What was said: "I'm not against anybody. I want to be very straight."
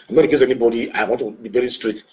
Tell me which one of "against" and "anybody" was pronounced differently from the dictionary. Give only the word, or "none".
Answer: against